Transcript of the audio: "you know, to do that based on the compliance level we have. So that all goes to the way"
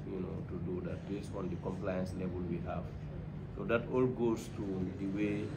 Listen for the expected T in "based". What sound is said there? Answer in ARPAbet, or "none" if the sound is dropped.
none